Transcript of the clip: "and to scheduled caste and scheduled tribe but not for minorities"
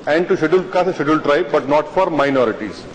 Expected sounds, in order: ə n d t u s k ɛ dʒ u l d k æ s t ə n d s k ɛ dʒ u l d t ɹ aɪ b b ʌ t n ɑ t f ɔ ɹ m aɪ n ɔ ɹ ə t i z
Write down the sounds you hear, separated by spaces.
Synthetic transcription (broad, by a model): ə n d t u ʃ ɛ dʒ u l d k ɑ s ə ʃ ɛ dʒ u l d t ɹ aɪ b b ʌ t n ɑ t f ɔ ɹ m aɪ n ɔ ɹ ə t i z